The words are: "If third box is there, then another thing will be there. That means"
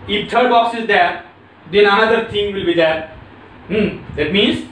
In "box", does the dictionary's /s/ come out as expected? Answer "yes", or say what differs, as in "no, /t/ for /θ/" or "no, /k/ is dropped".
yes